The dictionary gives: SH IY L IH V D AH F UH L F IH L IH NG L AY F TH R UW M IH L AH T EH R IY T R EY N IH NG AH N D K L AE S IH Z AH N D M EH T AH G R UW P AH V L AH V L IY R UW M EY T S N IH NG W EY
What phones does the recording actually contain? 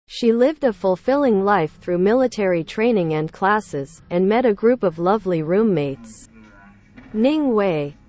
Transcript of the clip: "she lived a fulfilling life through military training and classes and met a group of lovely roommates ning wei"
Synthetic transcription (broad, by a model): SH IY L IH V D AH F UH L F IH L IH NG L AY F TH R UW M IH L AH T EH R IY T R EY N IH NG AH N K L AE S IH Z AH N M EH T AH G R UW P AH V L AH V L IY R UW M EY T S N IH NG W EY